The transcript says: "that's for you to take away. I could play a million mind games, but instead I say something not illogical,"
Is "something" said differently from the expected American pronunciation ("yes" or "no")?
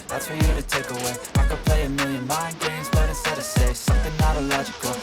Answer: no